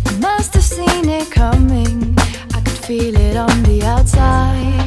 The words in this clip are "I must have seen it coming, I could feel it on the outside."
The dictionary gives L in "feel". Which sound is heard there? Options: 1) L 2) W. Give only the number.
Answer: 1